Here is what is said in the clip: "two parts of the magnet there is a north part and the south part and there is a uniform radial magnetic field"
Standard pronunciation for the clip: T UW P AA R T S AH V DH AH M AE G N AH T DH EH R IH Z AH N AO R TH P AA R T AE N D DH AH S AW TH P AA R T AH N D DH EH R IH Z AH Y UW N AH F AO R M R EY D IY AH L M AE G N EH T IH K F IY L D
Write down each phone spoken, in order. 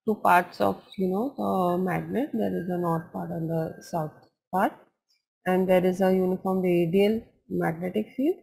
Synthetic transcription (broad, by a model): T UW P AA R T S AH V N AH M AE G N AH T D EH R IH Z AH N AO R T P AA R T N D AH S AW T P AA R T AH N D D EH R IH Z AH Y UW N AH F AO R M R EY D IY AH L M AE G N EH T IH K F IY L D